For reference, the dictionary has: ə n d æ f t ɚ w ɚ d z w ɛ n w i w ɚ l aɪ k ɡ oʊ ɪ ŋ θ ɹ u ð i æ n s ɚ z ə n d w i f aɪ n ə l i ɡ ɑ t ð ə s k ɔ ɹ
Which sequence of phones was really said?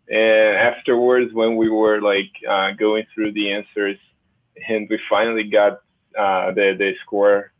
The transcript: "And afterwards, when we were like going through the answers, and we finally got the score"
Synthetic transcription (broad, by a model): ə n æ f t ɚ w ɚ d z w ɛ n w i w ɚ l aɪ k ɡ oʊ ɪ ŋ θ ɹ u ð i æ n s ɚ z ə n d w i f aɪ n l i ɡ ɑ t ð ə s k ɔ ɹ